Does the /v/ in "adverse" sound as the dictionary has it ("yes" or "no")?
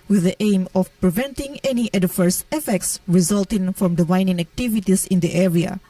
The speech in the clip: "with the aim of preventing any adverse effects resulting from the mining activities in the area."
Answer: no